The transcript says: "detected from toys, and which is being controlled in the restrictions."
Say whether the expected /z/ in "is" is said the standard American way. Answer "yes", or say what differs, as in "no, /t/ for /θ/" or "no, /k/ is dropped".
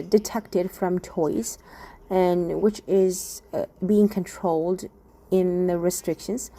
yes